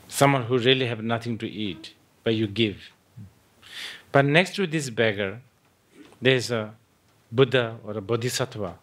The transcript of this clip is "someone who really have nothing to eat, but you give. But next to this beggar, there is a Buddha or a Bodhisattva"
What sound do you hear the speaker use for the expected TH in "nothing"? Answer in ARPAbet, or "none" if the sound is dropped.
T